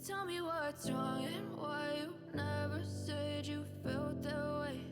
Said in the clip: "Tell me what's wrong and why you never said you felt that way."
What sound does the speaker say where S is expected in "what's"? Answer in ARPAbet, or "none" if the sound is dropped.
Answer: none